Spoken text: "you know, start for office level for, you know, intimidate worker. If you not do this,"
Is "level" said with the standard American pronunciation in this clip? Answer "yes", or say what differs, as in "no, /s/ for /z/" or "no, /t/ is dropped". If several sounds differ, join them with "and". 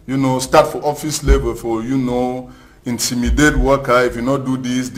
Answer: no, /b/ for /v/